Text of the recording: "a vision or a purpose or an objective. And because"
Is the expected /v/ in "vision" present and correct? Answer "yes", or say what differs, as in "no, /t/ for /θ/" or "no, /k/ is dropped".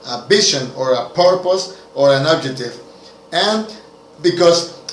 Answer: no, /b/ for /v/